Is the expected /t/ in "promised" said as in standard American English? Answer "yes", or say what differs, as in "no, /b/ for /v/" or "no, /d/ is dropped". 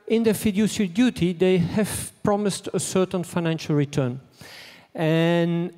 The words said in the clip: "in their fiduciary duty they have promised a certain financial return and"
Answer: yes